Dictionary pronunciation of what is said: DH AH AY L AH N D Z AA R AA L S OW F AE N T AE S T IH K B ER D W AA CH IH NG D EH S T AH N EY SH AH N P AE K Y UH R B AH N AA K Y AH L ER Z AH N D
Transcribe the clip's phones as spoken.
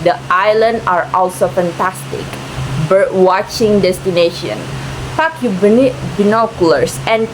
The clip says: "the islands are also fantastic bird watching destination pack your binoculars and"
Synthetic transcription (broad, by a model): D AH AY L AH N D AA R AA L S OW F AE N T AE S T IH K B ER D W AA CH IH NG D EH S T AH N EY SH AH N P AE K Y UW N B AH N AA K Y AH L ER S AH N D